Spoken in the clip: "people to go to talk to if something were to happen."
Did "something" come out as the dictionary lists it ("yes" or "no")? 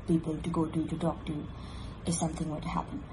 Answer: yes